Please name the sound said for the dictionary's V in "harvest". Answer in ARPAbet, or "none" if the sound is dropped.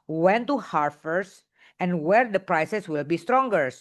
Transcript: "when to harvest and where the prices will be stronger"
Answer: F